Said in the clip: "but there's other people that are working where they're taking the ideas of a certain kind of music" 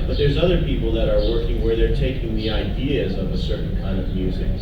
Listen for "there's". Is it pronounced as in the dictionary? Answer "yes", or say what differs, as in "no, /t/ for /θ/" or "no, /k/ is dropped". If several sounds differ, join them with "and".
yes